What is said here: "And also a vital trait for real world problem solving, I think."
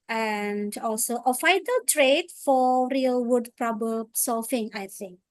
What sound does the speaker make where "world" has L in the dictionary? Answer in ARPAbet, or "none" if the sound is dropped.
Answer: none